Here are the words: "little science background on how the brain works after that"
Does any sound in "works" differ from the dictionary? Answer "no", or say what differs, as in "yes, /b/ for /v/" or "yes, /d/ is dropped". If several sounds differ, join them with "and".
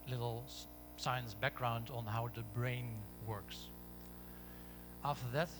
no